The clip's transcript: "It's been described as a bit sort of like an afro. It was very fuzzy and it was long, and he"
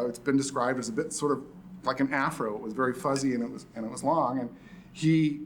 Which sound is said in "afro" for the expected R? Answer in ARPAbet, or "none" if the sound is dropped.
R